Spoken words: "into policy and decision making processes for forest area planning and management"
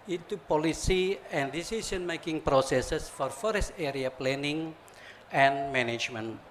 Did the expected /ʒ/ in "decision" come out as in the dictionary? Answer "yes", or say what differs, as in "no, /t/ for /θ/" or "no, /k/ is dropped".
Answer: no, /s/ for /ʒ/